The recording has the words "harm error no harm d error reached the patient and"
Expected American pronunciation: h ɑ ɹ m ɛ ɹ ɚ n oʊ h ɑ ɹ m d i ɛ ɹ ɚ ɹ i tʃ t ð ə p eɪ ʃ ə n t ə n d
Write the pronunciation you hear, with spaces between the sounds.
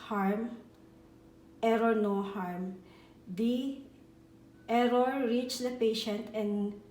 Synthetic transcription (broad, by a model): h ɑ ɹ m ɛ ɹ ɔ n oʊ h ɑ ɹ m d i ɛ ɹ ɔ ɹ i tʃ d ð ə p eɪ ʃ ə n t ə n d